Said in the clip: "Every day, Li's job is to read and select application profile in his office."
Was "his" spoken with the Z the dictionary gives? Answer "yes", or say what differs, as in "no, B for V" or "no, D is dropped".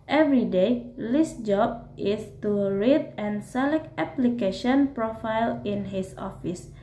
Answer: no, S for Z